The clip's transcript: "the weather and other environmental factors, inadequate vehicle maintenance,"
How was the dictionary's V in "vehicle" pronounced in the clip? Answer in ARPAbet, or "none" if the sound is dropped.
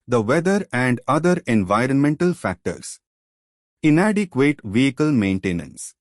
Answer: V